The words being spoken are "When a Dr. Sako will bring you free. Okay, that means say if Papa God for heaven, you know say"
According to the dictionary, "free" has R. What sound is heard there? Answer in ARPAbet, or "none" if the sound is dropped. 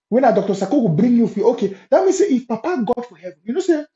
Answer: none